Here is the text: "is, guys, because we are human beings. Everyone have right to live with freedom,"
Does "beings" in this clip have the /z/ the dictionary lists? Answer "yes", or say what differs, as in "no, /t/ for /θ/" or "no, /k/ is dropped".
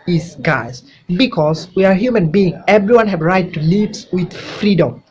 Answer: no, /z/ is dropped